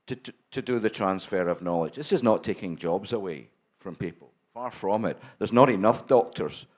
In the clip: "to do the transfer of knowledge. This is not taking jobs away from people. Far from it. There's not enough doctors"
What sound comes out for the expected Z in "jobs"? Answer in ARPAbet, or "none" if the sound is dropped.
Z